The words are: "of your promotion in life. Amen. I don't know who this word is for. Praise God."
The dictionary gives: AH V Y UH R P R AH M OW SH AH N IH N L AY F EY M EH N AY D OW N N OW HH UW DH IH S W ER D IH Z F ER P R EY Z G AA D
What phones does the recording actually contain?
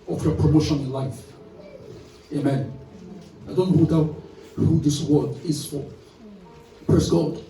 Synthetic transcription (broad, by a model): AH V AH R P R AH M OW SH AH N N L AY F EY M EH N AY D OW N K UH HH UW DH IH S W ER D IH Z F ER P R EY S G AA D